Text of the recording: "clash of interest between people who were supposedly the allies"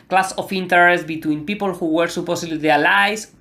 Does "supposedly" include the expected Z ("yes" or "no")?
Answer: no